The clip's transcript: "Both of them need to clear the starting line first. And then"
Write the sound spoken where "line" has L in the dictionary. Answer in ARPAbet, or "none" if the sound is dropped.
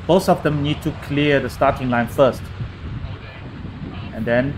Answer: L